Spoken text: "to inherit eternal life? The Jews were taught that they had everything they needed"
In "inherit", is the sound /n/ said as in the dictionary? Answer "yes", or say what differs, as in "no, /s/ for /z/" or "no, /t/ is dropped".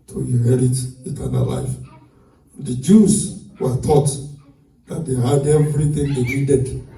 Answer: no, /n/ is dropped